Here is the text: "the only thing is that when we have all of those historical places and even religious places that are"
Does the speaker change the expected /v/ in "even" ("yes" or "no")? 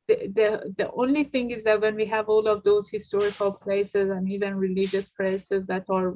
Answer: no